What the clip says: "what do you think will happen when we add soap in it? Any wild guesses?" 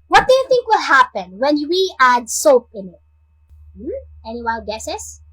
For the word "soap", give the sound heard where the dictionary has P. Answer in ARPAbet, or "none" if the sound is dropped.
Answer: P